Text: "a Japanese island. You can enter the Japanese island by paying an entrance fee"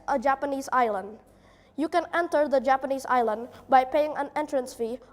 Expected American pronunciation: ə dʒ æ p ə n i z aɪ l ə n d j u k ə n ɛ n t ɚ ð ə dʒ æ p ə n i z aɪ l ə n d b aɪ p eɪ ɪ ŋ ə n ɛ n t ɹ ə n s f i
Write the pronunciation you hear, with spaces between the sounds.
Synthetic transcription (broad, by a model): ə dʒ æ p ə n i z aɪ l ə n d j u k ə n ɛ n t ɚ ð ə dʒ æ p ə n i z aɪ l ə n d b aɪ p eɪ ɪ ŋ ə n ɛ n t ɹ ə n s f i